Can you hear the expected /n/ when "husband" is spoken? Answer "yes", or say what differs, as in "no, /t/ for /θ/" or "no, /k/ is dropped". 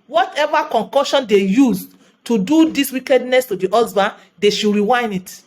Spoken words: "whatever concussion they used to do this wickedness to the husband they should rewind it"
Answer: no, /n/ is dropped